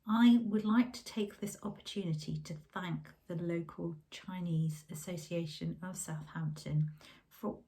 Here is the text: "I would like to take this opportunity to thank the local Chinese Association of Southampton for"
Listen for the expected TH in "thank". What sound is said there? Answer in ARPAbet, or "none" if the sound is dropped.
TH